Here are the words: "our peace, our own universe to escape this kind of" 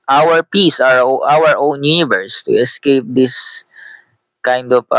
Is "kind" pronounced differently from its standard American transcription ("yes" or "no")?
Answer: no